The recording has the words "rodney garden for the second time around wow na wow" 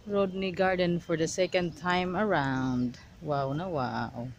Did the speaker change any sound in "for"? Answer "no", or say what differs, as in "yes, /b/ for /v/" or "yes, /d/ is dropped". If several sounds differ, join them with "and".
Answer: no